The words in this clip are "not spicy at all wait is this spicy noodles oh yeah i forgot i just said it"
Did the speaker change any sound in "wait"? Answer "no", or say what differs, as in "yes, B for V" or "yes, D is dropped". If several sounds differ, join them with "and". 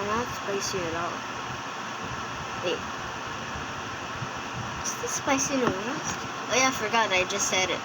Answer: yes, T is dropped